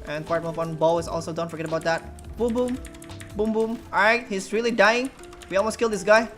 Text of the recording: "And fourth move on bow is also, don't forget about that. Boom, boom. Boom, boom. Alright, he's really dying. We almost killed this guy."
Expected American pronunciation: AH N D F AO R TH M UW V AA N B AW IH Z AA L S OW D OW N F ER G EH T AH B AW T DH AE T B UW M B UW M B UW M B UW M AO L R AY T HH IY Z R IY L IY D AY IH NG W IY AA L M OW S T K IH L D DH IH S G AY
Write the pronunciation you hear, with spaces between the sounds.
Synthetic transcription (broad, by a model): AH N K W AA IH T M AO F AA N B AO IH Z AA L S OW D OW N F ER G EH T AH B AW T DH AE T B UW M B UW M B UW M B UW M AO R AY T HH IY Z R IY L IY D AY IH NG W IY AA L M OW S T K IH L D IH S G AY